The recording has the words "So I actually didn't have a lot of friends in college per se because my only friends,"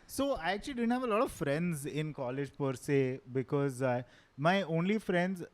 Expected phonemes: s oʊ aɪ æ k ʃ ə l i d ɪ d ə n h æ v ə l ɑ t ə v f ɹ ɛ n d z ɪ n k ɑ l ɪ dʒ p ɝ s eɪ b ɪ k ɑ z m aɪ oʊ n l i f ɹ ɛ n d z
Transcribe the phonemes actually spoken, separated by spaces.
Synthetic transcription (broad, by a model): s oʊ aɪ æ k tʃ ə l i d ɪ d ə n h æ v ə l ɑ t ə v f ɹ ɛ n d z ɪ n k ɑ l ɪ dʒ p ɝ s eɪ b ɪ k ɑ z m aɪ oʊ n l i f ɹ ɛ n d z